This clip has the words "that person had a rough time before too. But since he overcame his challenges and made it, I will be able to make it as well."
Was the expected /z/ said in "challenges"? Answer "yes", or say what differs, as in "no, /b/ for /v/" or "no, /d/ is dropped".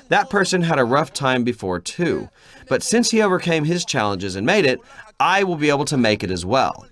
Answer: yes